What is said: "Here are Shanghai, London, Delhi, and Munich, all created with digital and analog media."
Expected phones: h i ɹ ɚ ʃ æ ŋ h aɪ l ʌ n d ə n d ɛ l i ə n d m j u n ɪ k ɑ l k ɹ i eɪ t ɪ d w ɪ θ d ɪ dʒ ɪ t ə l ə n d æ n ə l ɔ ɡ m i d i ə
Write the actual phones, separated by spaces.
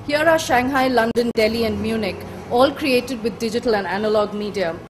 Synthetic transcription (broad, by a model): h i ɹ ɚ ʃ æ ŋ h aɪ l ʌ n d ə n d ɛ l i ə n d m j u n ɪ k ɑ l k ɹ i eɪ t ɪ d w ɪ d d ɪ dʒ ɪ t ə l ə n d æ n ə l ɔ ɡ m i d i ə